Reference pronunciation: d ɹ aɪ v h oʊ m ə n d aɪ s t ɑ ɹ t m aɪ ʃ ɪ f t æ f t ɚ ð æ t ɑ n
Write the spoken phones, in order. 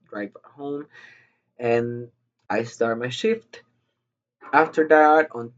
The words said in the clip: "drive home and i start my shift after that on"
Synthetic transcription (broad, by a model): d ɹ aɪ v h oʊ m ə n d aɪ s t ɑ ɹ t m aɪ ʃ ɪ f t æ f t ɚ ð æ t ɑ n